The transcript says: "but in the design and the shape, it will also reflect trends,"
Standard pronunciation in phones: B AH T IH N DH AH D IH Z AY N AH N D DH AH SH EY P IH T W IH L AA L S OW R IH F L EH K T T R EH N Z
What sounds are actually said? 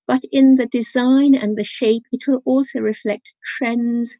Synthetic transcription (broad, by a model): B AH T IH N DH AH D IH Z AY N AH N DH AH SH EY P IH T W IH L AA L S OW R IH F L EH K T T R EH N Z